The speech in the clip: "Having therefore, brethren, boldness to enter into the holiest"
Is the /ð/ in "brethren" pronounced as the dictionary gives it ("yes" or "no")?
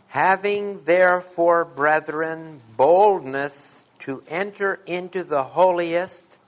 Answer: yes